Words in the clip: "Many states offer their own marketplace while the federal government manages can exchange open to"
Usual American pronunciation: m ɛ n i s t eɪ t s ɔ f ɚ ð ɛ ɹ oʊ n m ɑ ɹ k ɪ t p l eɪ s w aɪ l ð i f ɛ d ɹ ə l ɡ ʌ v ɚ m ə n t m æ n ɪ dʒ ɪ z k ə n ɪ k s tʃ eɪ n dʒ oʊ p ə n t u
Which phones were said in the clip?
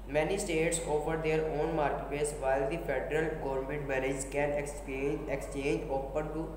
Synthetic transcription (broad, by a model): m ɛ n i s t eɪ t s ɔ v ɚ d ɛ ɹ oʊ n m ɑ ɹ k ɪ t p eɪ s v aɪ l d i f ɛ d ɹ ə l ɡ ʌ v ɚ m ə n t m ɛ l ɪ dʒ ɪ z k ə n ɪ k s tʃ eɪ n dʒ oʊ p ə n t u